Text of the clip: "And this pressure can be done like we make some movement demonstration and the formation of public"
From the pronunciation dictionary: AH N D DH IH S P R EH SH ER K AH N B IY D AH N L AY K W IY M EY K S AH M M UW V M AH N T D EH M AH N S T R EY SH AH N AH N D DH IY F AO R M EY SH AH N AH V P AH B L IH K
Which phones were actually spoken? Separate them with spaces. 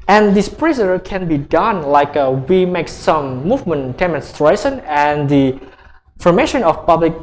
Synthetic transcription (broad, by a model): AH N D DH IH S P R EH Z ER K AH N B IY D AH N L AY K W IY M EY K S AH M M UW V M AH N T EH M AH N S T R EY S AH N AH N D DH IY F AO R M EY SH AH N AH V P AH B L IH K